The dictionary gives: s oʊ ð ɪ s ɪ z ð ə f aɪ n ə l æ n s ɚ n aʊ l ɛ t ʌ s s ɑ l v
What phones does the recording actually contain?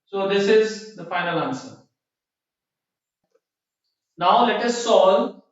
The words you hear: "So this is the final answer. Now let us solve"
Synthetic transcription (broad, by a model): s oʊ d ɪ s ɪ z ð ə f aɪ n ə l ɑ n s ɚ n aʊ l ɛ t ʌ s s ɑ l